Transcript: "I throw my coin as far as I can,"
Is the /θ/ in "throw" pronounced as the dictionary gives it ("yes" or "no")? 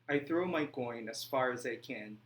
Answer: yes